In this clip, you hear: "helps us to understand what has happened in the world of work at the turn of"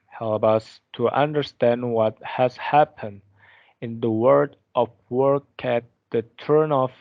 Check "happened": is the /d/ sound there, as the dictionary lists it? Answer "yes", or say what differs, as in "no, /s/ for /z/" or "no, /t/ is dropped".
yes